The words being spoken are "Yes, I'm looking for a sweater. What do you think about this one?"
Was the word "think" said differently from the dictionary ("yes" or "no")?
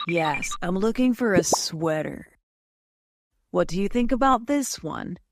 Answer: no